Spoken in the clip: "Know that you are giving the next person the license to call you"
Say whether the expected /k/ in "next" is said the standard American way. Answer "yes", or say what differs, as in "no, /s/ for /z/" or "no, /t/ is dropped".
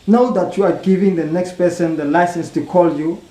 yes